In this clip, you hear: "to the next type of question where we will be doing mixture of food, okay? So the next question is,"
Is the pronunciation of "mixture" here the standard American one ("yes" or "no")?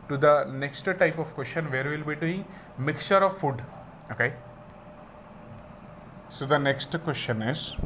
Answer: yes